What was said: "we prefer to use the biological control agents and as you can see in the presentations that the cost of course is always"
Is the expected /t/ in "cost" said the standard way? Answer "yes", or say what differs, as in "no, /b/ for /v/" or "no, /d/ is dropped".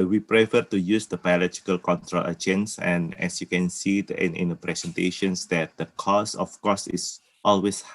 no, /t/ is dropped